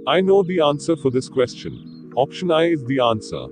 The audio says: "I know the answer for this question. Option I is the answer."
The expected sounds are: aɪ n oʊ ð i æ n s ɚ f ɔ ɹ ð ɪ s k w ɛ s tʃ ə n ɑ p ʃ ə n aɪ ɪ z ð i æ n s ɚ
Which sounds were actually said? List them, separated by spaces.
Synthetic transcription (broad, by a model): aɪ n oʊ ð i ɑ n s ɚ f ɔ ɹ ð ɪ s k w ɛ s tʃ ə n ɑ p ʃ ə n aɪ ɪ z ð i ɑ n s ɚ